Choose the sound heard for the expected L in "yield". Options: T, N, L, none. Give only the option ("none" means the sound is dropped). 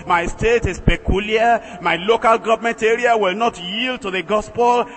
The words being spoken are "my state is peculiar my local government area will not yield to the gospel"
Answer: L